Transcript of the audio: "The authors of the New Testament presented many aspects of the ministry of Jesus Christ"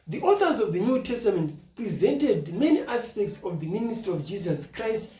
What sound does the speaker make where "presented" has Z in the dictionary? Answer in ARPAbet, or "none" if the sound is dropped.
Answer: Z